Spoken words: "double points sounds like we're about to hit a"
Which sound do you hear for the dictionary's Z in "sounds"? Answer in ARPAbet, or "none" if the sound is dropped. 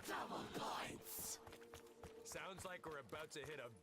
Z